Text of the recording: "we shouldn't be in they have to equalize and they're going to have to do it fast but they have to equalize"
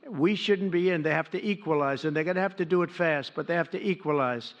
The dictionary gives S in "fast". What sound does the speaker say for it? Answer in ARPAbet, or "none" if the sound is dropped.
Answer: S